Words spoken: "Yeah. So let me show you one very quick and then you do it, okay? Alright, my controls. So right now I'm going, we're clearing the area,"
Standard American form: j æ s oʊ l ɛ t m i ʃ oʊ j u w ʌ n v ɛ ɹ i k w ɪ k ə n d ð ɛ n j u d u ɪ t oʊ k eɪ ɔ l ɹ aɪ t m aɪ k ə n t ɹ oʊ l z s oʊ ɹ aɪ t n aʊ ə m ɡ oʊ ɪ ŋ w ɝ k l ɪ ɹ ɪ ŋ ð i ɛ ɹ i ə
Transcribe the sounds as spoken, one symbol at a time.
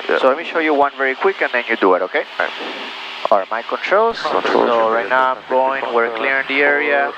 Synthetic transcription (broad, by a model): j s oʊ l ɛ t m i ʃ oʊ j u w ʌ n v ɛ ɹ i k w ɪ k ə n d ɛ n j u d u ɪ t oʊ k eɪ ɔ ɹ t m aɪ k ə n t ɹ oʊ l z s oʊ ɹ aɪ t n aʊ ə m ɡ oʊ ɪ ŋ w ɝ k l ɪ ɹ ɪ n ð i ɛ ɹ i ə